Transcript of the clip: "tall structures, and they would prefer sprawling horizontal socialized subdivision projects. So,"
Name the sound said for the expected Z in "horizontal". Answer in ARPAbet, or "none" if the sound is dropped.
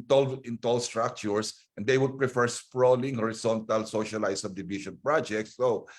S